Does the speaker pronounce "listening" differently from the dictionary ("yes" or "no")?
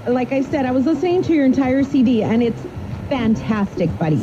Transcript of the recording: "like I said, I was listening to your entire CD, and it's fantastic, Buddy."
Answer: yes